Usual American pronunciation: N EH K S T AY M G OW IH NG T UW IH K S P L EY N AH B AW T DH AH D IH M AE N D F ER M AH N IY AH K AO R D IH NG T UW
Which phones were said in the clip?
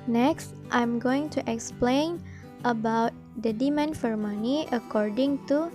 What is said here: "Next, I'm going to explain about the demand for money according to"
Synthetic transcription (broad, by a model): N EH K S T AY M G OW IH NG T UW IH K S P L EY N AH B AW T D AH D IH M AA N F ER M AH N IY AH K AO R D IH NG T UW